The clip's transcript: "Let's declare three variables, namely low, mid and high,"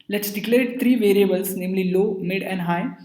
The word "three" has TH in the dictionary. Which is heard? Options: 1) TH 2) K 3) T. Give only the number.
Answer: 3